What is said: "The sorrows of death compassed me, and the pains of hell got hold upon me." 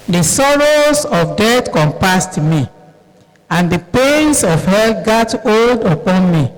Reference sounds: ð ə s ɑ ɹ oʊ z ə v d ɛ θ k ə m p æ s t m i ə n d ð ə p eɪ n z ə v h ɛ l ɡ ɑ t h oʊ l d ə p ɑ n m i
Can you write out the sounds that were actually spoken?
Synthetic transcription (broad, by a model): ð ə s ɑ ɹ oʊ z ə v d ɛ t k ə m p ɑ s t m i ə n d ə p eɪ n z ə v h ɛ l ɡ ɑ t oʊ l d ə p ɑ n m i